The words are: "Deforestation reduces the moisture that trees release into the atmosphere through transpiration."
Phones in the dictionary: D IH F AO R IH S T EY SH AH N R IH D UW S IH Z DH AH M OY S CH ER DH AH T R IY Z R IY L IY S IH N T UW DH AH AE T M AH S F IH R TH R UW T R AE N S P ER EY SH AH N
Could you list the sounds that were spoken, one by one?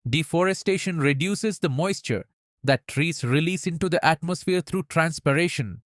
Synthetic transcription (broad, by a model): D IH F AO R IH S T EY SH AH N R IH D UW S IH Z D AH M OY S CH ER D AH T R IY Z R IY L IY S IH N T UW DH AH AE T M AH S F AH R T R UW T R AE N S P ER EY SH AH N